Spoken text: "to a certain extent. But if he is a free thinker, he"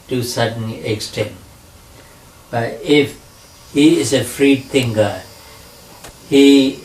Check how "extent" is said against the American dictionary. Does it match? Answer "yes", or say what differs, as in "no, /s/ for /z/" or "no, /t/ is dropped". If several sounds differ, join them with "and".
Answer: yes